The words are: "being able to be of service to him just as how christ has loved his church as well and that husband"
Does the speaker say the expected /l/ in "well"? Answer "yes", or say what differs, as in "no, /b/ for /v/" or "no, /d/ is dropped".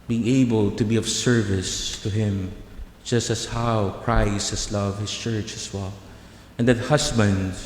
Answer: yes